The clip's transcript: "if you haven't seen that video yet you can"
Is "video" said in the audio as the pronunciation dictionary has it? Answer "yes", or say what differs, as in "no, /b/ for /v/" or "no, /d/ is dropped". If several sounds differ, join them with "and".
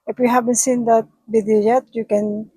no, /b/ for /v/